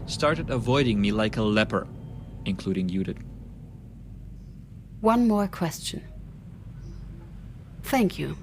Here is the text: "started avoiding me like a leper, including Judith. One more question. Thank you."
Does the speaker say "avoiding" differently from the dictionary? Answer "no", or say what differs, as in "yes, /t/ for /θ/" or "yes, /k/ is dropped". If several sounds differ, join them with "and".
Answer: no